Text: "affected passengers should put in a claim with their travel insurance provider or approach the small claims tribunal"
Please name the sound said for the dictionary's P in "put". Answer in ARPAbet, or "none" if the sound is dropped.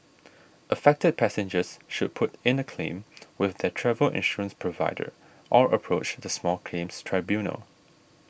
P